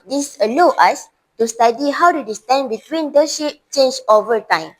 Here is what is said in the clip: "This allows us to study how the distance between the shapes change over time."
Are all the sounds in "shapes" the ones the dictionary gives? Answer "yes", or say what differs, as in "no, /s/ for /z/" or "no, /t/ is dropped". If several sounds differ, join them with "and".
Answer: no, /s/ is dropped